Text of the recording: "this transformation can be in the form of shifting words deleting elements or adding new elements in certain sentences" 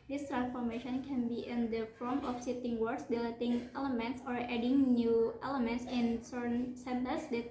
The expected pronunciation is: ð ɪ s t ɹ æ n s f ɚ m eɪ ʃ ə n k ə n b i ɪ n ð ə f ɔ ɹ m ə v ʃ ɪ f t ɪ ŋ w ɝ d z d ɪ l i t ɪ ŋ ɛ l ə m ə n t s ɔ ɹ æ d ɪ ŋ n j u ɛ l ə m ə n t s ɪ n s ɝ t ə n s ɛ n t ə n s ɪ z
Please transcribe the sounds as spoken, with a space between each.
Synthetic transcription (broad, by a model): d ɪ s t ɹ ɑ n s f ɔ m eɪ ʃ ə n k ə n b i ɪ n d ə f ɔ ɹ m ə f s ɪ t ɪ ŋ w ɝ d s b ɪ l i t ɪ ŋ ɛ l ə m ə n t s ɔ ɹ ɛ d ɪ ŋ n j u ɛ l ə m ə n t s ɪ n s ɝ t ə n s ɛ n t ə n s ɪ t